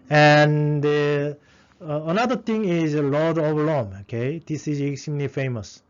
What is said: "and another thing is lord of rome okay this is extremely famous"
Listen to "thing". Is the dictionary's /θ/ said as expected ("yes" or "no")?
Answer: no